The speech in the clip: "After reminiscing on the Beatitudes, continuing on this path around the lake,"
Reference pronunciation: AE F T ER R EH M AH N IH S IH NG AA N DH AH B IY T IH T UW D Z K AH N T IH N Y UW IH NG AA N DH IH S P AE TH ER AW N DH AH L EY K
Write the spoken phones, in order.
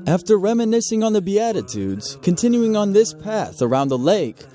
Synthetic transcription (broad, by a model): AE F T ER R EH M AH N IH S IH NG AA N DH AH B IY T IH T UW D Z K AH N T IH N Y UW IH NG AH N DH IH S P AE TH ER AW N DH AH L EY K